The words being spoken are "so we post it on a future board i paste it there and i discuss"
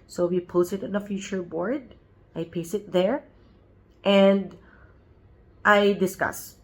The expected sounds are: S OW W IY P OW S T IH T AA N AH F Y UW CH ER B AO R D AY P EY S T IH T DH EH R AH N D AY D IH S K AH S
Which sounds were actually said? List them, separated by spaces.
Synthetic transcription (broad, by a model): S OW W IY P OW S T IH T AA N AH F Y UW CH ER B AO R D AY P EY S IH T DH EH R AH N D AY D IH S K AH S